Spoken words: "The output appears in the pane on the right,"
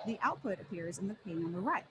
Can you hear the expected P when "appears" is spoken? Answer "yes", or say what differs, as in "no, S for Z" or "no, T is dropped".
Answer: yes